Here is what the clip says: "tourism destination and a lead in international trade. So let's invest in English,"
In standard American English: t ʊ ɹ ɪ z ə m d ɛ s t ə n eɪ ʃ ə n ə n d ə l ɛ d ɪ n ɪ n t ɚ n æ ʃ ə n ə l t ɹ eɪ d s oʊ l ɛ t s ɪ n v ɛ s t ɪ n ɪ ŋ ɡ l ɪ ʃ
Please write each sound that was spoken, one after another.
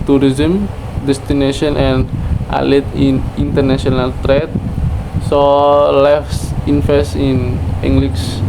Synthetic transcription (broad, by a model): t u ɹ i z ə m d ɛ s t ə n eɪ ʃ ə n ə n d ə l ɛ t ɪ n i n t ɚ n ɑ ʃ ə n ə l t ɹ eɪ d s oʊ l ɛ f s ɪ n f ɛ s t ɪ n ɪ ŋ ɡ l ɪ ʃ